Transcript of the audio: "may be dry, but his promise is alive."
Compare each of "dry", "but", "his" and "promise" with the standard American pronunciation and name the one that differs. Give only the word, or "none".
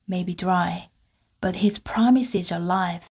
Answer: none